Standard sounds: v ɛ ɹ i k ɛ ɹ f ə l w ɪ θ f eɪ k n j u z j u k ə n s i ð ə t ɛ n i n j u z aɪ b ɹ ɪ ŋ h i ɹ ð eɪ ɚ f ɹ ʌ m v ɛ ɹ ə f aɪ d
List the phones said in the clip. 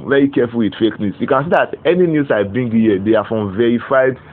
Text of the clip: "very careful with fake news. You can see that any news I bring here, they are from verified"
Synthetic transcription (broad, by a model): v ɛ ɹ i k ɛ f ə l w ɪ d f eɪ k n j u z j u k ə n s i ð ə t ɛ n i n j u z aɪ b ɪ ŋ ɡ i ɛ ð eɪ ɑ f ɹ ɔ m v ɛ ɹ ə f aɪ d